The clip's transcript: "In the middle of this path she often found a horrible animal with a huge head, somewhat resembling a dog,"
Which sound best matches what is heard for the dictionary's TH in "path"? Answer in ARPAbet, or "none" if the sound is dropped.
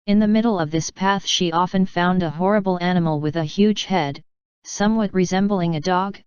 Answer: TH